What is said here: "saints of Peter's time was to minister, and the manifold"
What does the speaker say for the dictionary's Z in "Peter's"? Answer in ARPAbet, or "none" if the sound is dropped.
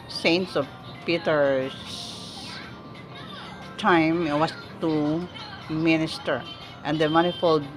S